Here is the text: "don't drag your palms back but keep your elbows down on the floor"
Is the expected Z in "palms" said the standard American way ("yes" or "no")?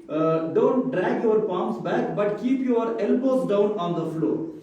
no